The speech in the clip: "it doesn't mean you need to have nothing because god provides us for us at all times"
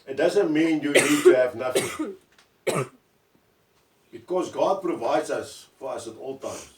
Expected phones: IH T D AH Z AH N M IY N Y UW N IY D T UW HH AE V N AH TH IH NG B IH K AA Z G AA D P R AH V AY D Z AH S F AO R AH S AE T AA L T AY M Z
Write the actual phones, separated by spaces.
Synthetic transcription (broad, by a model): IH T D AH Z AH N M IY N Y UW N IY D T UW HH AE V N AH TH IH NG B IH K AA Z G AA D P R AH V AY D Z AH S F AO R AH S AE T AA L T AY M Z